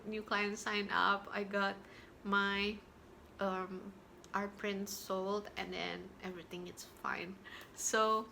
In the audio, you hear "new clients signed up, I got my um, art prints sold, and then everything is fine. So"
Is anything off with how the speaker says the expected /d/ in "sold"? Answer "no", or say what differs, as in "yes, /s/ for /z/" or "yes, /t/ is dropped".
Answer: no